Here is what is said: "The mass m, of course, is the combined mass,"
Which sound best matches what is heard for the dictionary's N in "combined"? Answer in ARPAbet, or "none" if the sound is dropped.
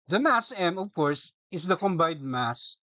none